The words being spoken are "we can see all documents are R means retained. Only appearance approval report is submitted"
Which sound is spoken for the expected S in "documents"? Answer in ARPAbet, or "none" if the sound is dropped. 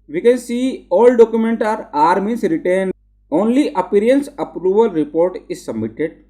none